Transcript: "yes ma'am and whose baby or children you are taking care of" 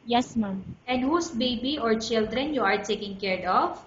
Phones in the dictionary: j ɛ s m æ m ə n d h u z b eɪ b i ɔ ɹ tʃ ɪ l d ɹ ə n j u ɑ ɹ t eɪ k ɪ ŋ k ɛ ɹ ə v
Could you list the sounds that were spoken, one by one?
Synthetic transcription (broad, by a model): j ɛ s m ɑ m ə n d h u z b eɪ b i ɔ ɹ tʃ ɪ l d ɹ ə n j u ɑ ɹ t eɪ k ɪ ŋ k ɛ ɹ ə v